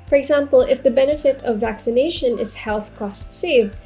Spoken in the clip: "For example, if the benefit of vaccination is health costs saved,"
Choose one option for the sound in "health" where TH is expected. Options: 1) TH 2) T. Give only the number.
1